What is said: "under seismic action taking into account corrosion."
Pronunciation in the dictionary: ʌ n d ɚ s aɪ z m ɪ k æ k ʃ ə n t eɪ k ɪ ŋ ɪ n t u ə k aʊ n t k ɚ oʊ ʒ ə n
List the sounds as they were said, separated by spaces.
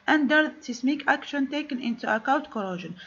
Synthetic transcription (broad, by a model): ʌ n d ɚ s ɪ s m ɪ k æ k ʃ ə n t eɪ k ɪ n ɪ n t u ə k aʊ n t k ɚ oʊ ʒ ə n